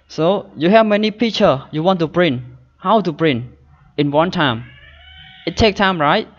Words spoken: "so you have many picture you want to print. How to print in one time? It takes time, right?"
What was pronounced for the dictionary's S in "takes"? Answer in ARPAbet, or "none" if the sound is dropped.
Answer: none